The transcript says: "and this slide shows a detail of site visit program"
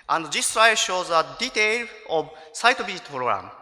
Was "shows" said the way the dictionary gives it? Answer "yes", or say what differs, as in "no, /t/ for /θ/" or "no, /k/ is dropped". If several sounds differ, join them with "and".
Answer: yes